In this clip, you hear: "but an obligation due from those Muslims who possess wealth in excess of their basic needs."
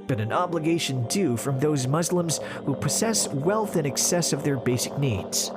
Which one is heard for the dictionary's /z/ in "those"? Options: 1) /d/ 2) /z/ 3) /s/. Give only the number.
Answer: 2